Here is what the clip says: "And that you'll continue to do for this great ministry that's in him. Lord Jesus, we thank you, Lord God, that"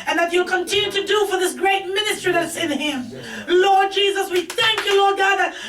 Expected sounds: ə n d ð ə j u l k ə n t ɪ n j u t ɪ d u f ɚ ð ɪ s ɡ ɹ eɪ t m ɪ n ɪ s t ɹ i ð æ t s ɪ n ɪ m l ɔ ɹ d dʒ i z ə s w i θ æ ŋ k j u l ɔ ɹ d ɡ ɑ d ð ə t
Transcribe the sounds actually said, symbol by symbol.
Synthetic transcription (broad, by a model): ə n ð ə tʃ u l k ə n t ɪ n j u t ɪ d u f ɚ ð ɪ s ɡ ɹ eɪ t m ɪ n ɪ s t ɹ i ð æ t s ɪ n ɪ m l ɔ ɹ d dʒ i z ə s w i θ æ ŋ k j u l ɔ ɹ d ɡ ɑ d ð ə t